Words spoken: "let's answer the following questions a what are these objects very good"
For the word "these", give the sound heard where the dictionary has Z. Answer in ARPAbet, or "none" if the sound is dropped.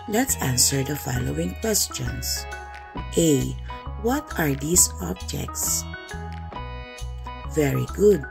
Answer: S